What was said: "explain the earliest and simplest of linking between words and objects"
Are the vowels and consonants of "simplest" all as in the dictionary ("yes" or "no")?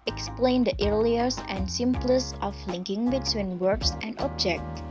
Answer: no